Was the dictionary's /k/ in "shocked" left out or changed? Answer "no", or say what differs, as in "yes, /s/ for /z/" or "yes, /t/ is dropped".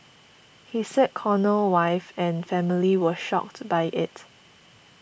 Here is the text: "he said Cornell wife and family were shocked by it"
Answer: no